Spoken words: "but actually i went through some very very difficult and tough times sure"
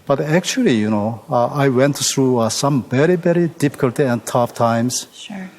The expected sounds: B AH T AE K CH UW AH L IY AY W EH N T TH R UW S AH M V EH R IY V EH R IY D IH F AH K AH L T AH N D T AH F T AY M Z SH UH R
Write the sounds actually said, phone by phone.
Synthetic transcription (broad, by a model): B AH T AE K CH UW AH N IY AY W EH N T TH R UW S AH M V EH R IY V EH R IY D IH F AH K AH L T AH N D T AH F T AY M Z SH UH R